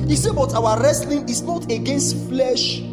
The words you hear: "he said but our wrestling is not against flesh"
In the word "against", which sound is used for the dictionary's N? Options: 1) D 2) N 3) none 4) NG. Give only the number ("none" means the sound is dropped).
2